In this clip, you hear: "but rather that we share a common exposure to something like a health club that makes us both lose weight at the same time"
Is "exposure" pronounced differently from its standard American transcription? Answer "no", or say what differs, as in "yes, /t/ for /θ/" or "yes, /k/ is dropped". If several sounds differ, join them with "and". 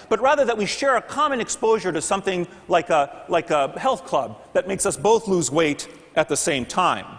no